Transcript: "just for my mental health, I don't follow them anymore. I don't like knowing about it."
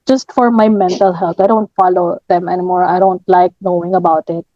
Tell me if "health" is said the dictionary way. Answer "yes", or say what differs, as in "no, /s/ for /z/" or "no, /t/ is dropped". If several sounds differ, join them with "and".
no, /t/ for /θ/